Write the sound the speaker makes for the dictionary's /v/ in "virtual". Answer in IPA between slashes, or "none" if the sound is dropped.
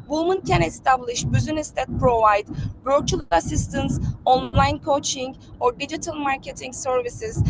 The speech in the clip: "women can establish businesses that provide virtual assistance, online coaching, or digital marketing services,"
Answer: /b/